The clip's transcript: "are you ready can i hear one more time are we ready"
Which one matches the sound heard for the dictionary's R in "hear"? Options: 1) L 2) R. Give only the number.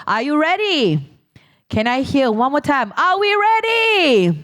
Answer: 1